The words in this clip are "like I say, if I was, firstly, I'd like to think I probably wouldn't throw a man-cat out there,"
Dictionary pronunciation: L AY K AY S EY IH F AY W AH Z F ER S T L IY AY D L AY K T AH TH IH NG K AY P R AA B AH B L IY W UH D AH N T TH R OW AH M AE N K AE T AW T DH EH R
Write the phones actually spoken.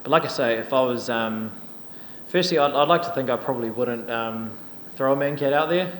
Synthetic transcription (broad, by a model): L AY K AY S EY IH F AY W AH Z F ER S T L IY AY D L AY K T AH TH IH NG K AY P R AA B AH B L IY W UH D N T TH R OW AH M AE N K AE T AW T DH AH R